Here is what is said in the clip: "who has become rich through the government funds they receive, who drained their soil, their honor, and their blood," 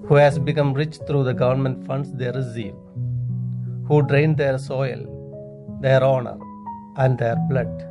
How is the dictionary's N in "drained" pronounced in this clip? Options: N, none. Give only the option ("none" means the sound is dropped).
N